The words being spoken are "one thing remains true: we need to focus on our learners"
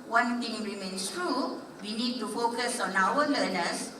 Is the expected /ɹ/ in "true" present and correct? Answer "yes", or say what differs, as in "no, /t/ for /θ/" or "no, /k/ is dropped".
yes